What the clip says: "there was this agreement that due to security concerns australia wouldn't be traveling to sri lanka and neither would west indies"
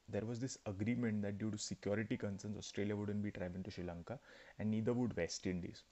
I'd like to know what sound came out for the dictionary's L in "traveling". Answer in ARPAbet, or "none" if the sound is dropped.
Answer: none